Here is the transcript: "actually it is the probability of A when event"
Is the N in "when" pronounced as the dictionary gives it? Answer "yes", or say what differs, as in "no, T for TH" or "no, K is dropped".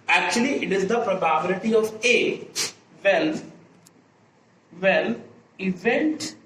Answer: no, L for N